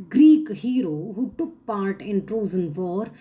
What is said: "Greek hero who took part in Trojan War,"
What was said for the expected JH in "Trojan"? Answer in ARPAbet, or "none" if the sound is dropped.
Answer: Z